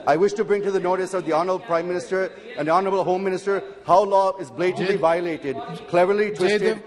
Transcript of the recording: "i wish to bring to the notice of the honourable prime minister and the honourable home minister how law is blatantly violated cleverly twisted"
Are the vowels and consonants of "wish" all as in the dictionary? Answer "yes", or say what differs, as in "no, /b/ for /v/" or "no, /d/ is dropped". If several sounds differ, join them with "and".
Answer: yes